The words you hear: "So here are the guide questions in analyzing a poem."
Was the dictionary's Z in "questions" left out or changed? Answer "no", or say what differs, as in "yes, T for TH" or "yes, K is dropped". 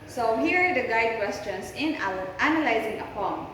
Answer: yes, S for Z